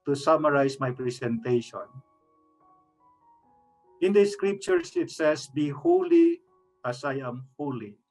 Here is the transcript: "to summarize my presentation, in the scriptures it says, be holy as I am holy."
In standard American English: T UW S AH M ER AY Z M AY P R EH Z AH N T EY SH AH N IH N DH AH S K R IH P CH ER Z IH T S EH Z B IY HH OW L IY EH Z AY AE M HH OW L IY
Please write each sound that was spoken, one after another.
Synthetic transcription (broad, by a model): T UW S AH M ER AY S M AY P R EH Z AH N T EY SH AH N IH N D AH S K R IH P CH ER S IH T S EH S B IY HH OW L IY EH S AY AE M HH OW L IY